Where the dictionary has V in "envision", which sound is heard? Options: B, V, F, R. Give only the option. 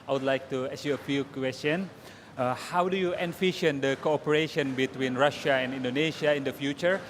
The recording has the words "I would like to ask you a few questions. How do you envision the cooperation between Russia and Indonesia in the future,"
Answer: F